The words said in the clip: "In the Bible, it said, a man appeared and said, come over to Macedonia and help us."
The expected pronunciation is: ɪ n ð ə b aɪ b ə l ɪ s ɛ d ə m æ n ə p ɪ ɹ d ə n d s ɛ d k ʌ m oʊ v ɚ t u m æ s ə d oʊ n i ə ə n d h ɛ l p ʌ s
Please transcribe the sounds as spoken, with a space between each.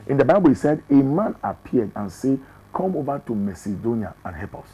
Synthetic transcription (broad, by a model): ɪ n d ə b aɪ b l ɪ s ɛ d ə m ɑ n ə p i d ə n s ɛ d k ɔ m oʊ v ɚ t u m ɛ s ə d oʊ n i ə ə n h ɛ p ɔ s